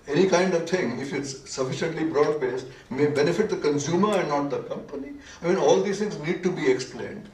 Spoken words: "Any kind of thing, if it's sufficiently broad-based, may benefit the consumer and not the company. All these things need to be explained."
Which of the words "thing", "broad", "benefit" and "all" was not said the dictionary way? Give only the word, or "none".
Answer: thing